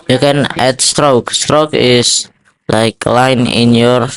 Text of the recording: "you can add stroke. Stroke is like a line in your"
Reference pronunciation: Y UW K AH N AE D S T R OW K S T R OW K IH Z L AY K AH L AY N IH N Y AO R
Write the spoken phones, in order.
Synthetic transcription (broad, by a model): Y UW K AH N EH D S T R OW K S T R OW K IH S L AY K L AY N IH N Y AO R